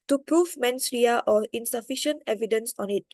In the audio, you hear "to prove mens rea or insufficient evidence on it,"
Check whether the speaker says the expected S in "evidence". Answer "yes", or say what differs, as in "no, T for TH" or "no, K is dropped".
yes